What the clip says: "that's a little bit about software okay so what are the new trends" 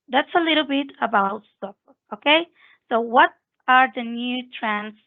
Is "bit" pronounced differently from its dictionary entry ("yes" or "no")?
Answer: no